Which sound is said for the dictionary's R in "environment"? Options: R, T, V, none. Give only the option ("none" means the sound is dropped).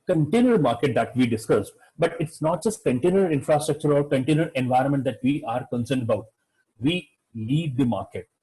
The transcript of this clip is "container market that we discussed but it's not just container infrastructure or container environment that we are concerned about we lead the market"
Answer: R